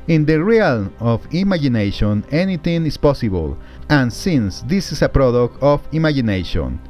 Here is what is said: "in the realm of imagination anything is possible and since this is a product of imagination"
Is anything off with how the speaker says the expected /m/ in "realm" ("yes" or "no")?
yes